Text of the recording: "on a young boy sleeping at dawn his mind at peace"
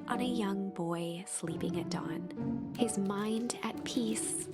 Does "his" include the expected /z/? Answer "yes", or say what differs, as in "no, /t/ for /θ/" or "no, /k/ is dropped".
yes